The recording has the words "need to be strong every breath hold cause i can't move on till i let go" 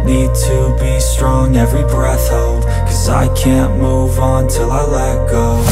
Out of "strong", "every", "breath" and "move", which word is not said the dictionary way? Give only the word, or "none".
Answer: none